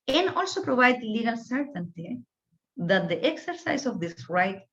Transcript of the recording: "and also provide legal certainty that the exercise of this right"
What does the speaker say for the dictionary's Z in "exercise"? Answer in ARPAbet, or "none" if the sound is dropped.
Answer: S